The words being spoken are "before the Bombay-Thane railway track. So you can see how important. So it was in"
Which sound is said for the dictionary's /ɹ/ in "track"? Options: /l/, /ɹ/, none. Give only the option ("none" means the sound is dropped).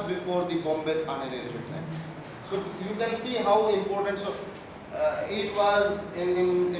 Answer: none